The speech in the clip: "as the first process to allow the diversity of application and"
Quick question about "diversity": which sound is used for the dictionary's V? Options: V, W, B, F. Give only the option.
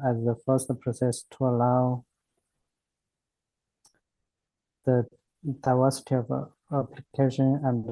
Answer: W